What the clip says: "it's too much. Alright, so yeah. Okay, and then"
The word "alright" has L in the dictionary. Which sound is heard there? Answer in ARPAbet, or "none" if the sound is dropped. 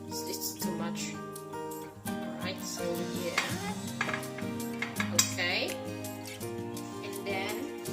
none